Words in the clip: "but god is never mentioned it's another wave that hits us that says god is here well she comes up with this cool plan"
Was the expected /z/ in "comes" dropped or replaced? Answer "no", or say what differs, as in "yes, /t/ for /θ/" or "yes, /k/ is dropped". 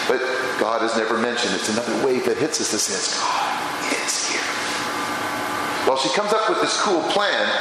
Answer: no